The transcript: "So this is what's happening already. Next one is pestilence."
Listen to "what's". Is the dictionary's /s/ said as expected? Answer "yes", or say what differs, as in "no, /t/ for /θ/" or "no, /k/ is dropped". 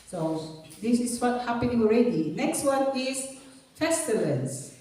no, /s/ is dropped